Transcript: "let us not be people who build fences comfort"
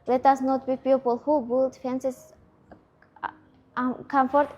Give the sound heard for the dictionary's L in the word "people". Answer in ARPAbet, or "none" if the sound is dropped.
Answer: L